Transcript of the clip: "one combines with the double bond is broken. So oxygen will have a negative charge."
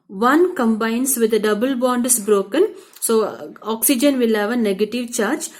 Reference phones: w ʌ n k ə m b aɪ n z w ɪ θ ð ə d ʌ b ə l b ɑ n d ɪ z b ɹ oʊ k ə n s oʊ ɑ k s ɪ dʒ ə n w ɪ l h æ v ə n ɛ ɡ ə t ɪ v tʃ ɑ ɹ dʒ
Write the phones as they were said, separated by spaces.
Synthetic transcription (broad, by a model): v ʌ n k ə m b aɪ n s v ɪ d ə d ʌ b ə l b ɑ n d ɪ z b ɹ oʊ k ə n s oʊ ɑ k s ɪ dʒ ə n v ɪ l h æ v ə n ɛ ɡ ə t ɪ v tʃ ɑ ɹ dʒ